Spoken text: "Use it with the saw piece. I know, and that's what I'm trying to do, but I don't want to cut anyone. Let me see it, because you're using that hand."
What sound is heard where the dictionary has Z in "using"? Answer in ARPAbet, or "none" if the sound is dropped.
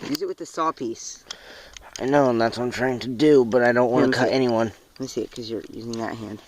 Z